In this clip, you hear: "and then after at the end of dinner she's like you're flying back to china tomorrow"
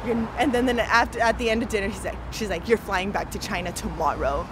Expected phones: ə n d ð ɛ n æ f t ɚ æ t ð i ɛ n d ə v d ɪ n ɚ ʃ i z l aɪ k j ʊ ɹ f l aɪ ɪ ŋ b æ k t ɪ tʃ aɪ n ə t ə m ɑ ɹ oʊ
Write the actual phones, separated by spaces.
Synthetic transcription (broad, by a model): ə n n ð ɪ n æ f t ɚ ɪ t ð i ɛ n d ə v d ɪ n ɚ ʃ i z l aɪ k j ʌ ɹ f l aɪ ɪ ŋ b æ k t ɪ tʃ aɪ n ə t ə m ɑ ɹ oʊ